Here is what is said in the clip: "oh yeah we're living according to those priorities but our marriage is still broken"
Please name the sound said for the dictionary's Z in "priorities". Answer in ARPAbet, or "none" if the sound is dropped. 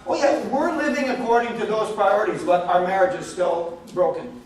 Z